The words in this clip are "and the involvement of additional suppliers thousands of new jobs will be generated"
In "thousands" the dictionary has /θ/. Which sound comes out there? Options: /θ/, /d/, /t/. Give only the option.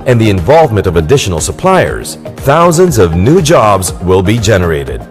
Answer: /θ/